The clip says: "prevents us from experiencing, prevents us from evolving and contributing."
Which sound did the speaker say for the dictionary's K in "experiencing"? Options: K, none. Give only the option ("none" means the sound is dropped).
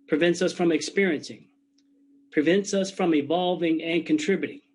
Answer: K